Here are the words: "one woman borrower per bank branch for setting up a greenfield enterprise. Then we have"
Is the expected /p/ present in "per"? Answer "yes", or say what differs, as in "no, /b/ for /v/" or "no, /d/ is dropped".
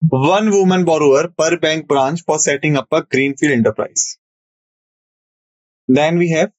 yes